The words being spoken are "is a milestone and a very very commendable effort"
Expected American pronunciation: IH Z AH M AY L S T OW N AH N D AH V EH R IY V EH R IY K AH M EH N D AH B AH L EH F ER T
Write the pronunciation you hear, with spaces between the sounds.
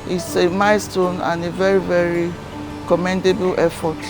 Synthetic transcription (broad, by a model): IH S AH M AY S T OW N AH N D AH V EH R IY V EH R IY K AH M EH N D AH B AH L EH F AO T